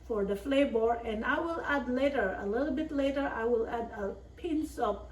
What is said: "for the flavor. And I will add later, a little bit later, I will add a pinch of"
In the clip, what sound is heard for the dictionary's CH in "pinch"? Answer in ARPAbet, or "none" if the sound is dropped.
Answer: S